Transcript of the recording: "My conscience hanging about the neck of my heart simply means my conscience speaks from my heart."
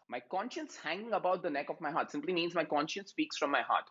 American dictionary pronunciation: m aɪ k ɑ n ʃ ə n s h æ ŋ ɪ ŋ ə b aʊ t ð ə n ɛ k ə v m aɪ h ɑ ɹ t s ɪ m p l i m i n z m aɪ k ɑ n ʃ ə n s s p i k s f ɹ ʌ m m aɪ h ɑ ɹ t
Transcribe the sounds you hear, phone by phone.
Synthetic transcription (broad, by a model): m aɪ k ɑ n ʃ ə n s h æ ŋ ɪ ŋ ə b aʊ t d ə n ɛ k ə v m aɪ h ɑ ɹ t s ɪ m p l i m i n z m aɪ k ɑ n ʃ ə n s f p i k s f ɹ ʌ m m aɪ h ɑ ɹ t